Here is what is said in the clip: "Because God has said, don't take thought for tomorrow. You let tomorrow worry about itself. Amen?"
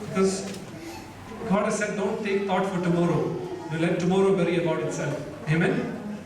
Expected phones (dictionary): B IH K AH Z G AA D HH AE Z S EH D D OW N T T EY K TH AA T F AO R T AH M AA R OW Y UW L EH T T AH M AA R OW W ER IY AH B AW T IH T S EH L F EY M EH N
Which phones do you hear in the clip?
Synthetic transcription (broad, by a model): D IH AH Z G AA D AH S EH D D OW N T T EY K T AA T F AO R T AH M AA R OW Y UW L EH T T AH M AA R OW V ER IY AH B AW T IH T S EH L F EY M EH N